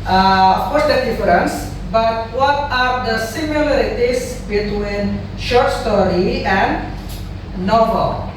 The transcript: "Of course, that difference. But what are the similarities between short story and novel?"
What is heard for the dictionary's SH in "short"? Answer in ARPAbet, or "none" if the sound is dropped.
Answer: SH